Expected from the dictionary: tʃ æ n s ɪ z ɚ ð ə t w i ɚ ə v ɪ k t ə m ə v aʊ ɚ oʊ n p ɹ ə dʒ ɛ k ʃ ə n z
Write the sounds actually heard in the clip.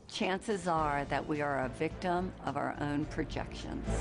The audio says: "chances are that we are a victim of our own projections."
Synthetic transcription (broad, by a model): tʃ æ n s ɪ z ɚ ð ə t w i ɚ ə v ɪ k t ə m ə v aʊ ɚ oʊ n p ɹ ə dʒ ɛ k ʃ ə n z